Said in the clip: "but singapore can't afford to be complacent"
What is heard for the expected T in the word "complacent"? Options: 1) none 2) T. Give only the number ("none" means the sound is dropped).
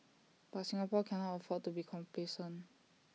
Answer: 1